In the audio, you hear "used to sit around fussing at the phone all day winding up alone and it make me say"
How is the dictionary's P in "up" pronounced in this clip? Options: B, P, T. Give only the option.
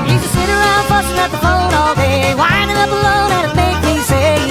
B